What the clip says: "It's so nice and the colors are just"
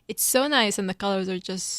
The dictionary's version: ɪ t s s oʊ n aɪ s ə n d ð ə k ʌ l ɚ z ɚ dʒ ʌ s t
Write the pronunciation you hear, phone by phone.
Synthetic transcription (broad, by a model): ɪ t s s oʊ n aɪ s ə n ð ə k ʌ l ɚ z ɚ dʒ ʌ s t